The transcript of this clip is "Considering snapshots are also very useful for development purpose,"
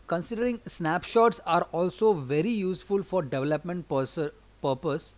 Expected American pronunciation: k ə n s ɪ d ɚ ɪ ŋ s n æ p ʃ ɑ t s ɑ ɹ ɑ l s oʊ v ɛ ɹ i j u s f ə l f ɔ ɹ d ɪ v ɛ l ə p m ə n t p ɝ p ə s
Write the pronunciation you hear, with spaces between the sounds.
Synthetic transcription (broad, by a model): k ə n s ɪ d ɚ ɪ ŋ s n æ p ʃ ɑ t s ɑ ɹ ɑ l s oʊ v ɛ ɹ i j u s f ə l f ɔ ɹ d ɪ v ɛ l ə p m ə n t p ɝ p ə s